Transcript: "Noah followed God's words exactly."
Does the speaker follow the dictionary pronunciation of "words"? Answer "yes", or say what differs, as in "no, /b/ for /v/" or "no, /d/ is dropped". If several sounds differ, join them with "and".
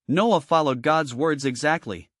yes